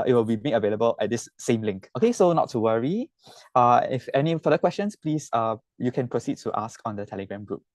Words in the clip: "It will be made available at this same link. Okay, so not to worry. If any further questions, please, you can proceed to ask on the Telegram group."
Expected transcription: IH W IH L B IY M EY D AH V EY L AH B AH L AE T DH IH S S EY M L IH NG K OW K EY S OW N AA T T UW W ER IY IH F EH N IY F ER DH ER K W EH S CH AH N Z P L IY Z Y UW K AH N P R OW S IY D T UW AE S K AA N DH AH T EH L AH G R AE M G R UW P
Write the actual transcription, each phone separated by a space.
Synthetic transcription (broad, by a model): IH W IH L B IY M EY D AH V EY L AH B AH L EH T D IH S S EY M L IH NG K OW K EY S OW N AA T T UW W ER IY IH F EH N IY F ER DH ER K W EH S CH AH N S P L IY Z Y UW K AH N P R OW S IY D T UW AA S K AA N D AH T EH L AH G R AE M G R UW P